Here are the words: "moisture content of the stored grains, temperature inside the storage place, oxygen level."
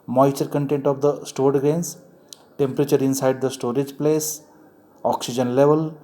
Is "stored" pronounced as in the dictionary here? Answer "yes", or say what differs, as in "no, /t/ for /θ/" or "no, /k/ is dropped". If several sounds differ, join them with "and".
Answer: yes